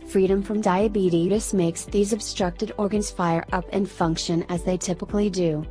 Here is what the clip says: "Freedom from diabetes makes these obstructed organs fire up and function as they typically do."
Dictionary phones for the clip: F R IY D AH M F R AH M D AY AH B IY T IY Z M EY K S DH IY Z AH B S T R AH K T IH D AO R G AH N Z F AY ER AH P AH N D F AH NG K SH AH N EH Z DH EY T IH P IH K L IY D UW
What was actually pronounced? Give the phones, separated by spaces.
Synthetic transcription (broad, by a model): F R IY D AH M F R AH M D AY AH B IY T IY S M EY K S DH IY Z AH B S T R AH K T IH D AO R G AH N Z F AY ER AH P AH N F AH NG K SH AH N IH Z DH EY T IH P IH K L IY D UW